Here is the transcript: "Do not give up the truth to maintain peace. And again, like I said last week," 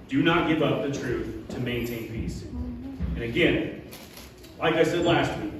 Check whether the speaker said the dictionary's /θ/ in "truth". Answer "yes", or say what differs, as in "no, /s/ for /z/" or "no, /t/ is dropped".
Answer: yes